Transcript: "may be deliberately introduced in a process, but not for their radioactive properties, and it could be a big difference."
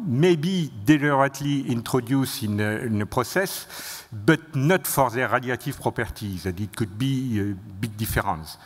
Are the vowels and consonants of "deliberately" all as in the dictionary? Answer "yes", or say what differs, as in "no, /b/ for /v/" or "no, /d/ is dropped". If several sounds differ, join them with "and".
no, /b/ is dropped